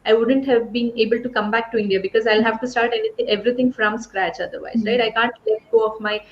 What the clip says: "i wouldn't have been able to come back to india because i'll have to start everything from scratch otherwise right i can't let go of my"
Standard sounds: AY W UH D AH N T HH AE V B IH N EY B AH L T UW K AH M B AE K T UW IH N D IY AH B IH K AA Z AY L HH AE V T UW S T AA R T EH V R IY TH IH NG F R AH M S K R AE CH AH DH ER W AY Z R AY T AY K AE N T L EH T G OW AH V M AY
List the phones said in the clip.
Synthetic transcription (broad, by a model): AY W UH D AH N T HH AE V B IH N EY B AH L T UW K AH M B AE K T UW IH N D IY AH B IH K AA Z AY L HH AE V T UW S T AA R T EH V R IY T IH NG F R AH M S K R AE CH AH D ER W AY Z R AY T AY K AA N T L EH T G OW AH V M AY